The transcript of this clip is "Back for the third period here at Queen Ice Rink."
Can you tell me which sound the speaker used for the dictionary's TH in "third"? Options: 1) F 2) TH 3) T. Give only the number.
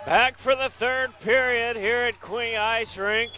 2